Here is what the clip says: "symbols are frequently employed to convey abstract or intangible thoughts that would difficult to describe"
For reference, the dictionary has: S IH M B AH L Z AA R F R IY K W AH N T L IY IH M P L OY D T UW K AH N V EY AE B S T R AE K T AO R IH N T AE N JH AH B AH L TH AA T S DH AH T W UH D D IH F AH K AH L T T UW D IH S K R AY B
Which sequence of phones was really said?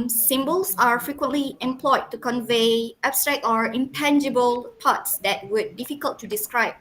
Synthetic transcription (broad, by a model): S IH M B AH L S AA R F R IY K W AH N T L IY IH M P L OY D T UW K AH N V EY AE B S T R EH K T AO R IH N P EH N JH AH B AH L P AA T S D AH T W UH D D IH F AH K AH L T T UW D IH S K R AY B